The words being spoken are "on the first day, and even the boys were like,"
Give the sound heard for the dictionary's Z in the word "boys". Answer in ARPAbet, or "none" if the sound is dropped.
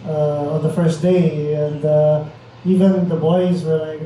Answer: Z